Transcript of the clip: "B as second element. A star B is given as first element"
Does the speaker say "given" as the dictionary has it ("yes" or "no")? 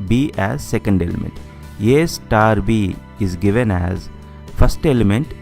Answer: yes